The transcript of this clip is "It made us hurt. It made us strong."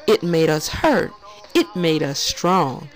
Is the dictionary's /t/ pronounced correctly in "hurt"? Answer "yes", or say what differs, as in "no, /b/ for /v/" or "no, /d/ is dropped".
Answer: yes